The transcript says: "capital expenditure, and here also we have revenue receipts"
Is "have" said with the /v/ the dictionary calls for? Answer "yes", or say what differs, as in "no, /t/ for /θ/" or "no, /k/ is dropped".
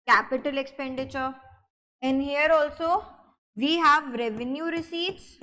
yes